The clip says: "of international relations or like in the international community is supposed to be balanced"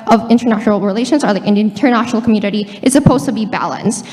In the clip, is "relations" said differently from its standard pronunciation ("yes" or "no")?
no